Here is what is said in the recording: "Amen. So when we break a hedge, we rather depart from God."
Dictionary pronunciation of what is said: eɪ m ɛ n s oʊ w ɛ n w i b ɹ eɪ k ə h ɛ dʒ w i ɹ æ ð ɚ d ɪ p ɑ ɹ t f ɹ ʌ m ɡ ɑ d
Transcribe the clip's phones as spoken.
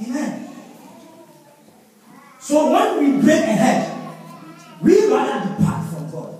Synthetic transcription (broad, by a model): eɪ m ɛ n s oʊ w ɛ n w i b ɹ eɪ k ə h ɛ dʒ w i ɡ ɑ ɚ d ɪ p ɑ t f ɹ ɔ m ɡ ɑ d